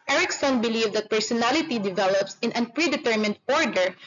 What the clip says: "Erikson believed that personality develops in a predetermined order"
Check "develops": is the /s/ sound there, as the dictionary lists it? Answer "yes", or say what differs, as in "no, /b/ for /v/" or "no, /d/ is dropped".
yes